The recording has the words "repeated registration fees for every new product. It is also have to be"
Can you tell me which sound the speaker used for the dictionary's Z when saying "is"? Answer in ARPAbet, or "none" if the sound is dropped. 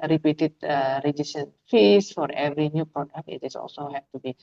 S